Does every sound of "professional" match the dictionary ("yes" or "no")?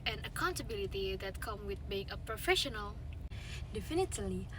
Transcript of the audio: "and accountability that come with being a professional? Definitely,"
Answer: yes